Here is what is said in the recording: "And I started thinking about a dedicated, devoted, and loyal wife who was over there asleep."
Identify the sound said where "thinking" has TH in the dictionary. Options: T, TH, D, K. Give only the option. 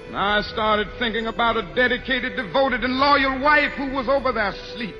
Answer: TH